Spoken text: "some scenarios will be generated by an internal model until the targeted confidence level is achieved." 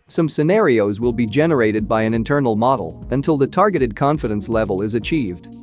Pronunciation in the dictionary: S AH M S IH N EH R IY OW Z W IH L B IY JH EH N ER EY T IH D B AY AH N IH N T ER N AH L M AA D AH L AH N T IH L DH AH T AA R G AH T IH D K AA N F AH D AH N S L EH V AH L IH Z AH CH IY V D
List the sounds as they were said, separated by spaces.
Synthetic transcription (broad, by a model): S AH M S IH N EH R IY OW Z W IH L B IY JH EH N ER EY T IH D B AY AH N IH N T ER N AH L M AA D L AH N T IH L DH AH T AA R G AH T IH D K AA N F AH D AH N S L EH V AH L IH Z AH CH IY V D